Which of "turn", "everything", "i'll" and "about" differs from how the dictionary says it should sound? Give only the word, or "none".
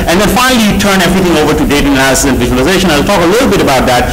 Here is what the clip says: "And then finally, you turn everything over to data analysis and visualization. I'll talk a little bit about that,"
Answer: everything